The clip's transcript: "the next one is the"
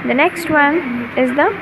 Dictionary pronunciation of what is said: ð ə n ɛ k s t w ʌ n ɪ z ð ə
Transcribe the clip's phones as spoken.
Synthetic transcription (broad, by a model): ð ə n ɛ k s t w ʌ n ɪ z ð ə